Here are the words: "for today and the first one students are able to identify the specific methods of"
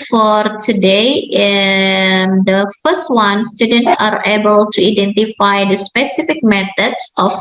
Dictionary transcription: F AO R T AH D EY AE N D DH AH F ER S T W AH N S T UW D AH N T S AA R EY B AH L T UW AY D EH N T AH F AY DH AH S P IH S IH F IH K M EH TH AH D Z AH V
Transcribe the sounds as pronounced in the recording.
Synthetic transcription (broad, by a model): F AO R T AH D EY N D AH F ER S T W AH N S T UW D AH N T S AA R EY B AH L T UW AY D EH N T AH F AY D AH S P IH S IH F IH K M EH T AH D S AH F